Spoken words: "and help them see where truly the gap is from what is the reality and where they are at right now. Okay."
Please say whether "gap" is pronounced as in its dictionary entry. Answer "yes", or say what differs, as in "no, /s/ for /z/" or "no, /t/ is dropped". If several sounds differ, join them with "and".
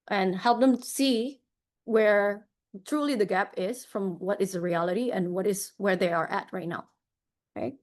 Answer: yes